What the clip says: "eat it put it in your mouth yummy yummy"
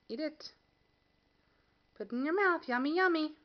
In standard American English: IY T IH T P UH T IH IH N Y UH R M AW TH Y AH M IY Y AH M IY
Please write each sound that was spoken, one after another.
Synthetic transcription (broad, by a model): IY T IH T P UH T N Y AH R M AW TH Y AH M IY Y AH M IY